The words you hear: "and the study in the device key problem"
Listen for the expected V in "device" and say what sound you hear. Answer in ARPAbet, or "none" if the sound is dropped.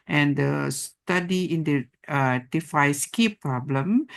F